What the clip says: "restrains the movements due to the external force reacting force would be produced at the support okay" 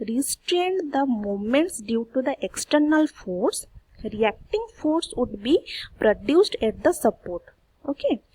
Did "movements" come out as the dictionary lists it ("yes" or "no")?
no